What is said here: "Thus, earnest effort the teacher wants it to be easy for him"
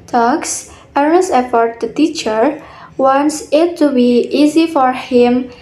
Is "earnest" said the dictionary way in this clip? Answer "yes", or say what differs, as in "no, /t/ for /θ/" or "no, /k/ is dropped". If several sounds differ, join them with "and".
no, /n/ is dropped